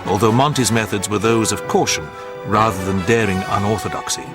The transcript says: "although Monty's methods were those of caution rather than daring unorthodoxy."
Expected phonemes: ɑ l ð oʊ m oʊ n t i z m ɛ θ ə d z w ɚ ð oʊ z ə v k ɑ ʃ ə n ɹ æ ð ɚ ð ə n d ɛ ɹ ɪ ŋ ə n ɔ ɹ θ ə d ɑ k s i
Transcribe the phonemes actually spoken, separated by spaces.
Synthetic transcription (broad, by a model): ɑ l ð oʊ m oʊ n t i z m ɛ θ ə d z w ɚ ð oʊ z ə v k ɑ ʃ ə n ɹ æ ð ɚ ð ə n d ɛ ɹ ɪ ŋ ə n ɔ ɹ θ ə d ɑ k s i